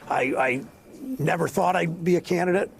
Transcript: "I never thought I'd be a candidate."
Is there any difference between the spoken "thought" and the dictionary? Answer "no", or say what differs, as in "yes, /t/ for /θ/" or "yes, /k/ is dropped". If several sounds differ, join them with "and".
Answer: no